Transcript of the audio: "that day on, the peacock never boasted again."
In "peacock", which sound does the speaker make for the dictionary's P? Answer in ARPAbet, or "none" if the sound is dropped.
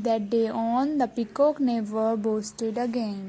P